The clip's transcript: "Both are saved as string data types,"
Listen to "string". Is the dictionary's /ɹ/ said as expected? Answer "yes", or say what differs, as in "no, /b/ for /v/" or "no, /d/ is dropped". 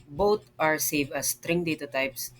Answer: yes